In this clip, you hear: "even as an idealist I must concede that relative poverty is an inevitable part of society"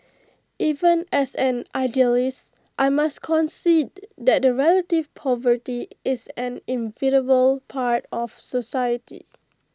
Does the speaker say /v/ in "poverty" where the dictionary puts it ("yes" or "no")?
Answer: yes